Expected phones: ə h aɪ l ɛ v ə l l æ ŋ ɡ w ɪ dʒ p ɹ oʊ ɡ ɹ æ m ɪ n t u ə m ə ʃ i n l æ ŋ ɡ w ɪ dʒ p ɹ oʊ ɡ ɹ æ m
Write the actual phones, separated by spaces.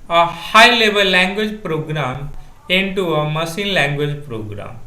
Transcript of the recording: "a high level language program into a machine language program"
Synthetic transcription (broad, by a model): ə h aɪ l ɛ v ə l l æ ŋ ɡ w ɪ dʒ p ɹ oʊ ɡ ɹ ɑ m ɪ n t u ə m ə s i n l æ ŋ ɡ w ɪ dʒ p ɹ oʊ ɡ ɹ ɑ m